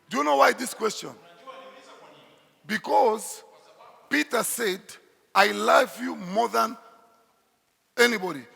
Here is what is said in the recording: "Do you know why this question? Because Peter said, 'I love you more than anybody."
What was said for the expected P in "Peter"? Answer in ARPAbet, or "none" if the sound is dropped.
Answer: P